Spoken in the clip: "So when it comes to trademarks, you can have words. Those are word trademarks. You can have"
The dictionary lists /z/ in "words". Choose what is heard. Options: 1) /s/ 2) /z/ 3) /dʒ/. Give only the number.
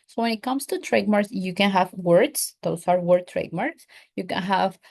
1